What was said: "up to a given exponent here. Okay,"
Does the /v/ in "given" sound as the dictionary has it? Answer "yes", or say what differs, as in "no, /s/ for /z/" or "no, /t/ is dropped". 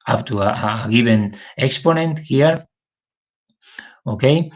no, /b/ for /v/